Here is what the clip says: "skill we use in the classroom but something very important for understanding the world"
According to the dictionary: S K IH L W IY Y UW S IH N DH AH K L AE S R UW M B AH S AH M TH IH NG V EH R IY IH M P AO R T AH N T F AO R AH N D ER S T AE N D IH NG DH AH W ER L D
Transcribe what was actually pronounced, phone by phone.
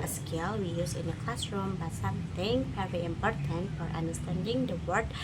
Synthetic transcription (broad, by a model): S K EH L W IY Y UW S IH N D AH K L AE S R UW M B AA S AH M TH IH NG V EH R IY IH M P AO R T AH N T F AO R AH N D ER S T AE N D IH NG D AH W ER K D